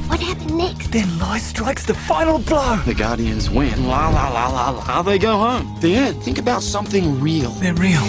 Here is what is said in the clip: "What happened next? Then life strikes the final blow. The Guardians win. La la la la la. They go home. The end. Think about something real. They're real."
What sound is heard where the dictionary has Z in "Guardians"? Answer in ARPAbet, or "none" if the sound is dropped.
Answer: Z